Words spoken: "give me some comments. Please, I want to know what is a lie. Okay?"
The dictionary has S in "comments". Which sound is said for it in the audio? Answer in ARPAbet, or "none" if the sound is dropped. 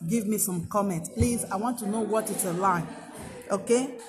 none